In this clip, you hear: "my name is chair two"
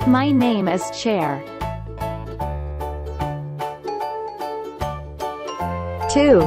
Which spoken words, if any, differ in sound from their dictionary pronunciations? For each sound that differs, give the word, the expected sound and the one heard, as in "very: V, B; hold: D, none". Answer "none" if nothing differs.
none